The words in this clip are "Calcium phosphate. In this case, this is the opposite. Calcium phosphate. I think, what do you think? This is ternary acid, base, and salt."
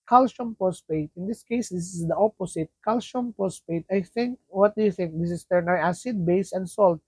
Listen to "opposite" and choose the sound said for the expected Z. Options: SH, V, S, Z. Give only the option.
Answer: S